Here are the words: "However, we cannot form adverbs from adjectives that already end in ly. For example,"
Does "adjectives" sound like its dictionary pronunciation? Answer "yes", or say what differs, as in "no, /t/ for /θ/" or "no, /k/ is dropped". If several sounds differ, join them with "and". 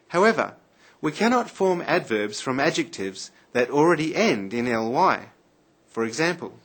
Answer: yes